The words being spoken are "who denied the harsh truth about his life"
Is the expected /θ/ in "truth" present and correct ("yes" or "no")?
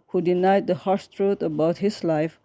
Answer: no